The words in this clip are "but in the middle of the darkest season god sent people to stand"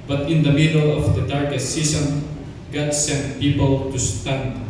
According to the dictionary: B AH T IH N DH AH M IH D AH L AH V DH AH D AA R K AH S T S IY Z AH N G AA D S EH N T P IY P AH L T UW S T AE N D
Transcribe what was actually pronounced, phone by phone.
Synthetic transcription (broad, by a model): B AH T IH N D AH M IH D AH L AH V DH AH D AA R K AH S T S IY S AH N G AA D S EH N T P IY P AH L T UW S T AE N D